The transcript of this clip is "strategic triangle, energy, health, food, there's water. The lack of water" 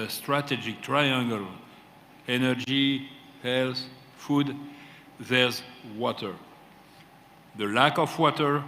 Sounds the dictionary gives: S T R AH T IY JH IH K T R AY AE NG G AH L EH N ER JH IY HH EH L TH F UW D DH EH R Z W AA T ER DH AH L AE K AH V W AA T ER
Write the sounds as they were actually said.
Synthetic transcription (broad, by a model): S T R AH T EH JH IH K T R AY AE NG G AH L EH N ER JH IY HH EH L S F UW D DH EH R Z W AA T ER DH AH L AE K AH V W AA T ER